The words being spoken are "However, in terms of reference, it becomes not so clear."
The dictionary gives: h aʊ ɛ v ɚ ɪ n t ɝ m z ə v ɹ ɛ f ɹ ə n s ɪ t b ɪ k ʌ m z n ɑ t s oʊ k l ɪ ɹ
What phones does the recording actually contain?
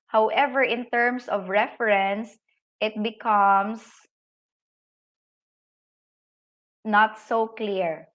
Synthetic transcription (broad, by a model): h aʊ ɛ v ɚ ɪ n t ɝ m s ə v ɹ ɛ f ɹ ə n s ɪ t b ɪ k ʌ m s n ɑ t s oʊ k l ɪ ɹ